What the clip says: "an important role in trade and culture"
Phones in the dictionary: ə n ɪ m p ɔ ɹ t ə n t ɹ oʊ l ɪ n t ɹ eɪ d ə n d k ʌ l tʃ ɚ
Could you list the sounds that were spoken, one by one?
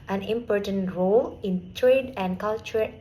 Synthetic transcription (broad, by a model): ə n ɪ m p ɔ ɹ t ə n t ɹ oʊ l ɪ n t ɹ eɪ d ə n k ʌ l tʃ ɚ